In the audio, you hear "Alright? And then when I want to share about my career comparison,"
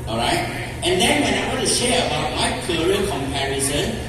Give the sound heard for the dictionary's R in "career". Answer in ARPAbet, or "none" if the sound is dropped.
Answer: L